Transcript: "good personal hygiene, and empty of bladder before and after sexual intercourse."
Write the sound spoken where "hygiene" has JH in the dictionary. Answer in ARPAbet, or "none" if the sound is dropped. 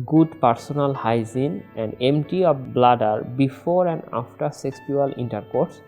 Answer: Z